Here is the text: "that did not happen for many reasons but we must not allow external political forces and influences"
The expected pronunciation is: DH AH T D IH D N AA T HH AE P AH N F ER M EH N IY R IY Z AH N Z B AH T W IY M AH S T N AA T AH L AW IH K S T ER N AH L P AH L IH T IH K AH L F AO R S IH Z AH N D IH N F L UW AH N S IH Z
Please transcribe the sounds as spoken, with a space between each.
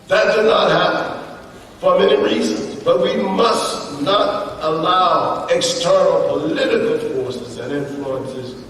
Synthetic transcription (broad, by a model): DH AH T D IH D N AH T HH AE P AH N F ER M EH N IY R IY Z AH N Z B AH T W IY M AH S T N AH T AH L AW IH K S T ER N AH L P AH L IH T IH K AH L F AO R S IH Z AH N IH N F L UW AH N S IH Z